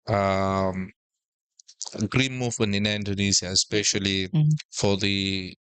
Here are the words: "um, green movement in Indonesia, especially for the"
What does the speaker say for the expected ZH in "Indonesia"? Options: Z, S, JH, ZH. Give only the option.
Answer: Z